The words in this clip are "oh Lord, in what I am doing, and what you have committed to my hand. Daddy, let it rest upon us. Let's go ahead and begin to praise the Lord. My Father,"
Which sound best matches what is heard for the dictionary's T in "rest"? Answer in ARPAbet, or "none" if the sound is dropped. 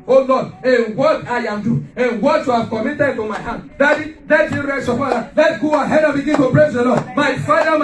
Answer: none